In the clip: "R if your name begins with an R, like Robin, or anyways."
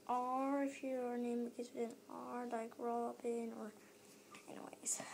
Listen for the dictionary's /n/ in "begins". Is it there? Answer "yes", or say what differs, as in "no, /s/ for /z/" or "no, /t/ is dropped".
no, /n/ is dropped